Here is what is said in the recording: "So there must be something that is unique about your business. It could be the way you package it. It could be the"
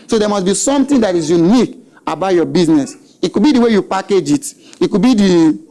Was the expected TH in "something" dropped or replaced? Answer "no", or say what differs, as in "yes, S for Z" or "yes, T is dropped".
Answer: yes, T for TH